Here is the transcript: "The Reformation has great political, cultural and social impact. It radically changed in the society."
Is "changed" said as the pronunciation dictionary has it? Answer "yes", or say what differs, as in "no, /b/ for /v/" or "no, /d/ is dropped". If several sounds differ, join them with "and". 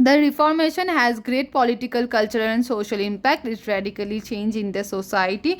no, /d/ is dropped